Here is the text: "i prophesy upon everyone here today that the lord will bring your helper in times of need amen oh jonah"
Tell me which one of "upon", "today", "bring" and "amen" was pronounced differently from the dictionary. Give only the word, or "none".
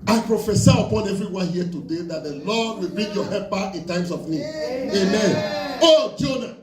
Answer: bring